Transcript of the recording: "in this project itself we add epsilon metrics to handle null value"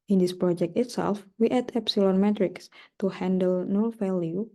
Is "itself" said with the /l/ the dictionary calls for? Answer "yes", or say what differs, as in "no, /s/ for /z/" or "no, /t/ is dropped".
yes